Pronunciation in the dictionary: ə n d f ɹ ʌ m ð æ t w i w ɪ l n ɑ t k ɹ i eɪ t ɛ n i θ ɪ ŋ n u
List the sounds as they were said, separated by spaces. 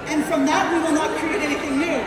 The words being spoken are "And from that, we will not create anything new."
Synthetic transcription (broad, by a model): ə n f ɹ ʌ m ð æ t w i w ɪ l n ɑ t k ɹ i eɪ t ɛ n i θ ɪ ŋ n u